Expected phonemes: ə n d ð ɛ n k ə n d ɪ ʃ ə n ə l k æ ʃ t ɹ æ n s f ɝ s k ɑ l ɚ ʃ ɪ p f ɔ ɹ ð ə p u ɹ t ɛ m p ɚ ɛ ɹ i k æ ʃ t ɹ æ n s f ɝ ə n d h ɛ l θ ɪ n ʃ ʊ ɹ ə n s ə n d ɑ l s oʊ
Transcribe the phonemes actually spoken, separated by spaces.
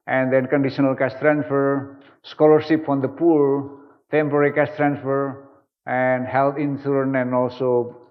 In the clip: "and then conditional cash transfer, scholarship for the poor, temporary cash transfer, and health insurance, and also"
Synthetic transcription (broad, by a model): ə n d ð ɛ n k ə n d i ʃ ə n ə l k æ s t ɹ æ n s f ɝ s k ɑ l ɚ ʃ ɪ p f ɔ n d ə p u ɹ t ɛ m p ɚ ɹ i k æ s t ɹ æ n s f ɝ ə n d h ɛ l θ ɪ n s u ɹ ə n ə n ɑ l s oʊ